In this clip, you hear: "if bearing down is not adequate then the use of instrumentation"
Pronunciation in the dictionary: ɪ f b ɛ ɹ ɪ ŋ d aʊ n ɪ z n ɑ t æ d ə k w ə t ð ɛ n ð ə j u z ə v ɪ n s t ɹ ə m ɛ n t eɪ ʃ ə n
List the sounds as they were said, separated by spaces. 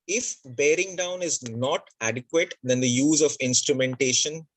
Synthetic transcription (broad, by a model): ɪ f b ɛ ɹ ɪ ŋ d aʊ n ɪ z n ɑ t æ d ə k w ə t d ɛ n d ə j u z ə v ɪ n s t ɹ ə m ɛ n t eɪ ʃ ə n